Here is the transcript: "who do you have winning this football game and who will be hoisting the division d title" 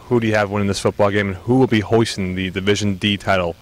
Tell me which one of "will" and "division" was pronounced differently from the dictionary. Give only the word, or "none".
none